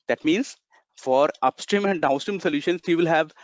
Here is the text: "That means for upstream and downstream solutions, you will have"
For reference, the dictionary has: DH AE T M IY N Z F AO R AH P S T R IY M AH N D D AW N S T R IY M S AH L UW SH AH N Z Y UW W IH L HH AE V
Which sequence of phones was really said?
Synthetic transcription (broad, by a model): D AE T M IY N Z F AO R AH P S T R IY M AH N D D AW N S T R IY M S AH L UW SH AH N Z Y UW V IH L HH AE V